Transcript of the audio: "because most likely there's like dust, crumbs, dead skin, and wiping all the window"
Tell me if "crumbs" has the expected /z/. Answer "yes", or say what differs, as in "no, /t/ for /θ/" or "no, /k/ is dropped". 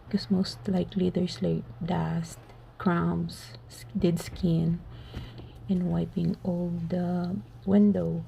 no, /s/ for /z/